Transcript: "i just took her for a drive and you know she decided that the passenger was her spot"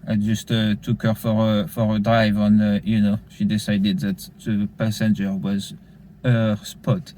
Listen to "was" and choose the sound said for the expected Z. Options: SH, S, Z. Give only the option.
Z